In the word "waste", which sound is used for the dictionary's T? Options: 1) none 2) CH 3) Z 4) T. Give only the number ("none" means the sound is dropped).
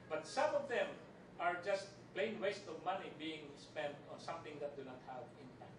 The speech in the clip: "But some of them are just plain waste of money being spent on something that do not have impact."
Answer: 4